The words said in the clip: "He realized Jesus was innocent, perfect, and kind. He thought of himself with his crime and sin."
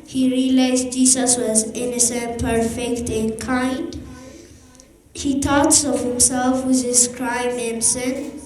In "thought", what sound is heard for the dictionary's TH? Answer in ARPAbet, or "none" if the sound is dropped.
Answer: T